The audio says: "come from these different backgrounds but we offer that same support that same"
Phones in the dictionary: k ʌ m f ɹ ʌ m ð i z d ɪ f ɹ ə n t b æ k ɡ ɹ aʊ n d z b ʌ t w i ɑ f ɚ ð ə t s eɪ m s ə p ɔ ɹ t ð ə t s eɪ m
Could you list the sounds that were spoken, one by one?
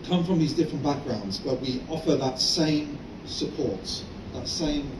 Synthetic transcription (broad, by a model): k ʌ m f ɹ ʌ m ð i z d ɪ f ɹ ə n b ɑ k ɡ ɹ aʊ n d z b ʌ t w i ɑ f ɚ ð ə t s eɪ m s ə p ɔ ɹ t ð ə t s eɪ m